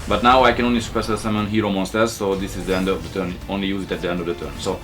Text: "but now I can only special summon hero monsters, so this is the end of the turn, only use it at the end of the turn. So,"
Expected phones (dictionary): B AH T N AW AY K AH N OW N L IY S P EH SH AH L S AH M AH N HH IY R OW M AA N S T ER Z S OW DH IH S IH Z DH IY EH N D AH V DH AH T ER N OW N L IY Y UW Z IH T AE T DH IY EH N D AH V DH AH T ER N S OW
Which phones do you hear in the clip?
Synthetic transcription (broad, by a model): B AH T N AW AY K AH N OW N L IY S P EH S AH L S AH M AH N HH IY R OW M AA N S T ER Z S OW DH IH S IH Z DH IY EH N D AH V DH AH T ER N OW N L IY Y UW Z IH T AE T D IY EH N D AH V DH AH T ER N S OW